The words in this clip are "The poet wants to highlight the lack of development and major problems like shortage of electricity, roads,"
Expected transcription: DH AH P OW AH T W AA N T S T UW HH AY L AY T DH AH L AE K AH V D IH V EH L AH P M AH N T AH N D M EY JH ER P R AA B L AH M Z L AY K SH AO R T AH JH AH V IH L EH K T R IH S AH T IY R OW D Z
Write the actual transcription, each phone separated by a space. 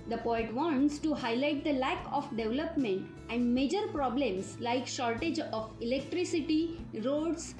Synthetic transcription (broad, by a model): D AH P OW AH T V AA N T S T UW HH AY L AY T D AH L AE K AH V D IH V L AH P M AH N T AH N D M EY JH ER P R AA B L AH M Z L AY K SH AO R T AH JH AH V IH L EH K T R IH S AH T IY R OW D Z